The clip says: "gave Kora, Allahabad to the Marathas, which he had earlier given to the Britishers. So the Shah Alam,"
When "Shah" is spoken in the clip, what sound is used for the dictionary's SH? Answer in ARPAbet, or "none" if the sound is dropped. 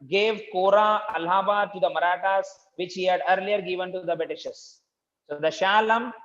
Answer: SH